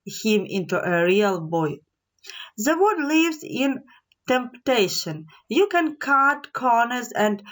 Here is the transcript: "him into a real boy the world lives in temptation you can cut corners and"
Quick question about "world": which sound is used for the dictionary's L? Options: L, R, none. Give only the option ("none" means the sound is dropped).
none